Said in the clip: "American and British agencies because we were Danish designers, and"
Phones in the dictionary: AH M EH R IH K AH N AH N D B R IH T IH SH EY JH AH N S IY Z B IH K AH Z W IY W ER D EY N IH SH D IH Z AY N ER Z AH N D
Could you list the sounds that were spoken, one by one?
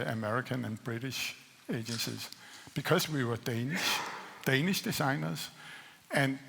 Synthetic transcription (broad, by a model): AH M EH R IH K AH N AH N B R IH T IH SH EY JH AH N S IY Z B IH K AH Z W IY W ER D EY N IH SH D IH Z AY N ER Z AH N